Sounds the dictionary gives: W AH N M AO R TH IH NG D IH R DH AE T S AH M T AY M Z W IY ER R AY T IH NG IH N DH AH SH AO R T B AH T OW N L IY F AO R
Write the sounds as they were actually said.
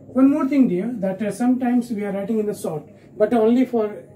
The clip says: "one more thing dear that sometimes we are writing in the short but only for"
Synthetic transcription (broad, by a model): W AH N M AO R T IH NG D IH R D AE T S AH M T AY M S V IY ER R AY T IH NG IH N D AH S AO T B AH T OW N L IY F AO R